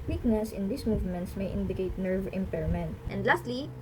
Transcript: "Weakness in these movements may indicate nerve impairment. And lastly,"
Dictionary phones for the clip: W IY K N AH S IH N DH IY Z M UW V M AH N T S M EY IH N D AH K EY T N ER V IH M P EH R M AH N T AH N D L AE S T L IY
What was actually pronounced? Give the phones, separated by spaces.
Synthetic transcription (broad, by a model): W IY K N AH S IH N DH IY S M UW V M AH N T S M EY IH N D AH K EY T N ER V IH M P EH R M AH N T AH N D L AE S T L IY